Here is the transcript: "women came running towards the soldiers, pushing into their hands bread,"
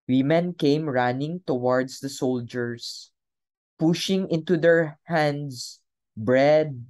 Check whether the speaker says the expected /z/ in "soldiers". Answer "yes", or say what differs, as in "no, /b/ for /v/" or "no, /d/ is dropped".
no, /s/ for /z/